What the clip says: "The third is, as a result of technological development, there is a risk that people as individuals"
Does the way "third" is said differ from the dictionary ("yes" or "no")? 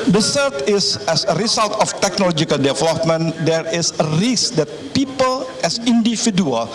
yes